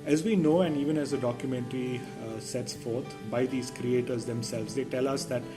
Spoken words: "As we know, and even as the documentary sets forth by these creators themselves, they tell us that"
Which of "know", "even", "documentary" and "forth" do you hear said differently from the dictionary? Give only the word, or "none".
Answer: forth